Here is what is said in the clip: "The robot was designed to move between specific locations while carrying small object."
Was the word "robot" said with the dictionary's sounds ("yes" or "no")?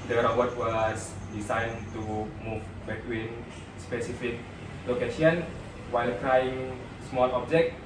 no